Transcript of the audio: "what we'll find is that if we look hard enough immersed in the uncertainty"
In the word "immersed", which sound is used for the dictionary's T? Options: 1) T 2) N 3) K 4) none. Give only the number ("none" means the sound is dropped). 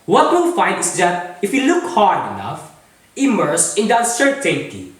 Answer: 4